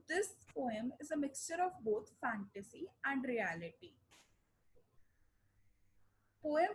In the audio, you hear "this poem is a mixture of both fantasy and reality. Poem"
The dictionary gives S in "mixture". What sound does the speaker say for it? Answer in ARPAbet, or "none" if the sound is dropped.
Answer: S